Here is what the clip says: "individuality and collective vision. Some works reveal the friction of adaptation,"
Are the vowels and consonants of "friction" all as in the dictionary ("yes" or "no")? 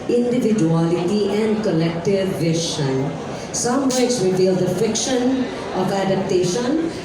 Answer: no